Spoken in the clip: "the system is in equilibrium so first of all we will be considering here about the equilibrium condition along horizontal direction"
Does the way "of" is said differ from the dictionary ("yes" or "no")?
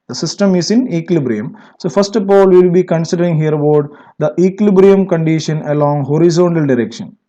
yes